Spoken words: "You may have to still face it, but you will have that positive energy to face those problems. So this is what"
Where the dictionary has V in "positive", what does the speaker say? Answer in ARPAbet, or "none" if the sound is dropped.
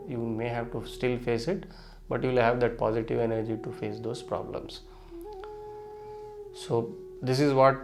V